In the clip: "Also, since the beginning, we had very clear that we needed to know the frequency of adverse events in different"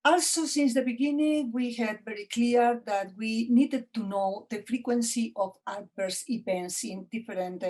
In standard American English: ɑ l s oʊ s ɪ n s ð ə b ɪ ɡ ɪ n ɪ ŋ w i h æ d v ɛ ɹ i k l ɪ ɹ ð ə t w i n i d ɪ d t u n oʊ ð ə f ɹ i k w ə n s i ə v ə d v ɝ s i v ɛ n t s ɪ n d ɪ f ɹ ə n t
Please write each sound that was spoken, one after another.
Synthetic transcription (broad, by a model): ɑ l s oʊ s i n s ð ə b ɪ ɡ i n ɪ ŋ w i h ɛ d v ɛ ɹ i k l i ɹ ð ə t w i n i d ɪ d t u n oʊ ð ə f ɹ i k w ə n s i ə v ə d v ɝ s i p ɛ n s ɪ n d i f ɹ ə n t